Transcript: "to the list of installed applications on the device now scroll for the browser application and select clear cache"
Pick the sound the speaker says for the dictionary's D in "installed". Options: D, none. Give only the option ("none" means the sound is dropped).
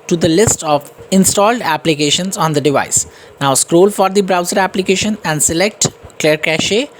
D